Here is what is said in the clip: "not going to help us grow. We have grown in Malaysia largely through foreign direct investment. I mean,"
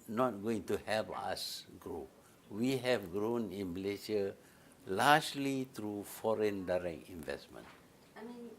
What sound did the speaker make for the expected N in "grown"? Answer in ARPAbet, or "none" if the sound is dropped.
N